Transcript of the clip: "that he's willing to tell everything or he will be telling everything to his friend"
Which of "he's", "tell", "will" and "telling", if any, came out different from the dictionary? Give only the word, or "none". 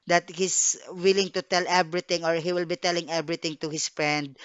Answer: he's